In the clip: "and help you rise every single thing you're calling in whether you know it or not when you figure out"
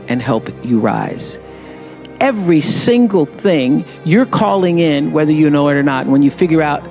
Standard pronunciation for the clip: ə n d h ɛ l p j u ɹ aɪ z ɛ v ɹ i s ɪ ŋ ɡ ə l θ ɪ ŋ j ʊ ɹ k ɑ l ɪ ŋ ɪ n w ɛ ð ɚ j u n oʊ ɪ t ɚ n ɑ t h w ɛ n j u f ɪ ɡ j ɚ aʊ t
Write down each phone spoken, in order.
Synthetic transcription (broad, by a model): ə n h ɛ l p j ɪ ɹ aɪ z ɛ v ɹ i s ɪ ŋ ɡ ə l θ ɪ ŋ j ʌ ɹ k ɑ l ɪ ŋ ɪ n w ɛ ð ɚ j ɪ n oʊ ɪ t ɚ n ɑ t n w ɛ n j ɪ f ɪ ɡ j ɚ aʊ t